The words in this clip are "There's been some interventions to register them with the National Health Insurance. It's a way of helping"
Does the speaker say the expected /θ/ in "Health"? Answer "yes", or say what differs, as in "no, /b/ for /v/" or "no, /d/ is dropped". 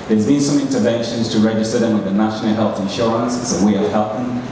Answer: yes